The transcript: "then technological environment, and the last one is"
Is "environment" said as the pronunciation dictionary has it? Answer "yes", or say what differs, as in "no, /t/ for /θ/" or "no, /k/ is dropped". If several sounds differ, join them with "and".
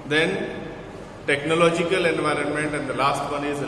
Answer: yes